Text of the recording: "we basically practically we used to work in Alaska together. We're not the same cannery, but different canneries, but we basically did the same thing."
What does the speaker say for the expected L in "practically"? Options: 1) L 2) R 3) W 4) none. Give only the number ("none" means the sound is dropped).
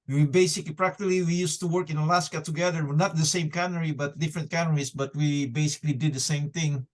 1